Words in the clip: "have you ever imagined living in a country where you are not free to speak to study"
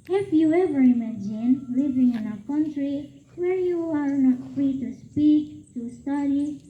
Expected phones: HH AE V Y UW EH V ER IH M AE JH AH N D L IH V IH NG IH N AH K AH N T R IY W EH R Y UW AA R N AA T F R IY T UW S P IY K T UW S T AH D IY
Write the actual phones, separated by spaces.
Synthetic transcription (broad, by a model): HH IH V Y UW EH V ER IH M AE JH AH N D L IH V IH NG IH N AH K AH N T R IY W EH R Y UW AA R N AA T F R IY T UW S P IY K T UW S T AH D IY